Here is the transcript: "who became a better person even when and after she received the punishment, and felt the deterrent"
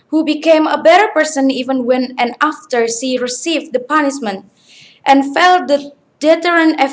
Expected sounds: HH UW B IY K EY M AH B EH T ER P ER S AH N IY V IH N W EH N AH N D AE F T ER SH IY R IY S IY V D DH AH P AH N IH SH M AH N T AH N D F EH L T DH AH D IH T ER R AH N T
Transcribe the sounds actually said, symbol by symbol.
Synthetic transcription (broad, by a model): HH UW B IY K EY M AH B EH T ER P ER S AH N IY V IH N W EH N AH N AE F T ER S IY R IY S IY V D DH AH P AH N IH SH M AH N T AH N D F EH L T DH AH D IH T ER R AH N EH